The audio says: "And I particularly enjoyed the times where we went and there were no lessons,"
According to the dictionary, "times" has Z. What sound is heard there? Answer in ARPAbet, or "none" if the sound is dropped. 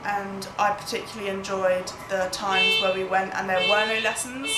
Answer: Z